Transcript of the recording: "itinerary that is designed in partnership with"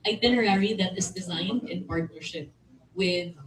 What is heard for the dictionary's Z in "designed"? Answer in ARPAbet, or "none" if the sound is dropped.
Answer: Z